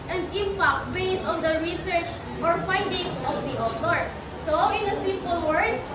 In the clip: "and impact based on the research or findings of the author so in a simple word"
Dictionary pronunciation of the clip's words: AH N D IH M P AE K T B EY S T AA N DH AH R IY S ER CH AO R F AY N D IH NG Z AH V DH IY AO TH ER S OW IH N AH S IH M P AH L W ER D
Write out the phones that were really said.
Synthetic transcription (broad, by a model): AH N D IH M P AE K T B EY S AA N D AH R IY S ER CH AO R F AY N D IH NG S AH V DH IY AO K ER S OW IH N AH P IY P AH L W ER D